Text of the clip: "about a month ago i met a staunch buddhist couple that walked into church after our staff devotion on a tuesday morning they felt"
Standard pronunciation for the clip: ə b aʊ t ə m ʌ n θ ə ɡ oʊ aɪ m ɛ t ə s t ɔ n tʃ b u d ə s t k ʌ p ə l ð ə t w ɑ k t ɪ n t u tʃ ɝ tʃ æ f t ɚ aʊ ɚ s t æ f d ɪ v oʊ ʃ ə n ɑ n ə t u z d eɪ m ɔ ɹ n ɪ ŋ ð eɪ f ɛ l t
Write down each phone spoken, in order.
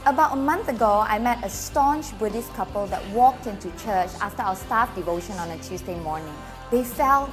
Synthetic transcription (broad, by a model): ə b aʊ t ə m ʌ n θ ə ɡ oʊ aɪ m ɛ t ə s t ɔ n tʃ b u d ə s k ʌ p ə l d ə t w ɑ k t ɪ n t u tʃ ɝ tʃ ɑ f t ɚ aʊ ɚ s t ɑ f d ɪ v oʊ ʃ ə n ɑ n ə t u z d eɪ m ɔ ɹ n ɪ ŋ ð eɪ f ɛ l